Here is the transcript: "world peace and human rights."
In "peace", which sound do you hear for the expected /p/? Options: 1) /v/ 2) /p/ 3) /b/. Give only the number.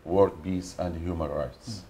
3